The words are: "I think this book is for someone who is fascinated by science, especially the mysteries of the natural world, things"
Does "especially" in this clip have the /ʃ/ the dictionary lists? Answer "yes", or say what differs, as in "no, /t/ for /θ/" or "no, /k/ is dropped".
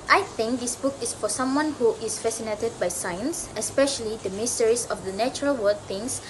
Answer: yes